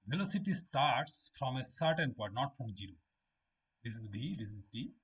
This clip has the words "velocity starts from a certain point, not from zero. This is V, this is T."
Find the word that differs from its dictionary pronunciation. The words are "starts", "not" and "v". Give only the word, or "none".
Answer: v